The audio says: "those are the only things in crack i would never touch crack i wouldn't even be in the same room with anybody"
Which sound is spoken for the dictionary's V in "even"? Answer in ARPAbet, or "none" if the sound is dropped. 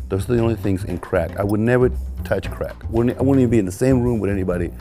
W